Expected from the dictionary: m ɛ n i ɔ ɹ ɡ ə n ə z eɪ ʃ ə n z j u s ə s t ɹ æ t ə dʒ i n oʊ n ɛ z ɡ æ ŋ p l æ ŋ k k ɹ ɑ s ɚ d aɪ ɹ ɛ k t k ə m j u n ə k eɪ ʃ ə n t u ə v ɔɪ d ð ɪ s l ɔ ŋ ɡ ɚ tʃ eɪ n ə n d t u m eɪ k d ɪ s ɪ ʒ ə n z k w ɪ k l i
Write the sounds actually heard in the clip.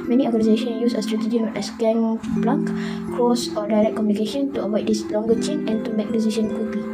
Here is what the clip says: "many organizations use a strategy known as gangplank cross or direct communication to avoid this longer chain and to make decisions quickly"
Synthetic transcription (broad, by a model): m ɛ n i ɔ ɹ ɡ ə n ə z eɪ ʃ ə n j u s ə s t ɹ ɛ t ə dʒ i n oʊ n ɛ s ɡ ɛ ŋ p l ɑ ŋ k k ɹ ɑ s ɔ d aɪ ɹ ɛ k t k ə m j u n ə k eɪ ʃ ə n t u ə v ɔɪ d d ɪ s l ɔ ŋ ɡ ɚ tʃ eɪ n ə n t u m eɪ k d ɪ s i ʃ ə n k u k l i